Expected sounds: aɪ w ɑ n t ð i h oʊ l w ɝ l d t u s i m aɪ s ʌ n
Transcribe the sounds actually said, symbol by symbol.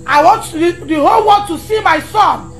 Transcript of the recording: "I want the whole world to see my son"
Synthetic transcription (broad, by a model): aɪ w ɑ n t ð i h oʊ l w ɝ d t u s i m aɪ s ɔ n